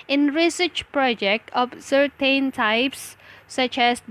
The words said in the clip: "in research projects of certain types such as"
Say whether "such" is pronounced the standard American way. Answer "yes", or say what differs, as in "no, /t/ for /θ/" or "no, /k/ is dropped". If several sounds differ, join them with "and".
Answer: yes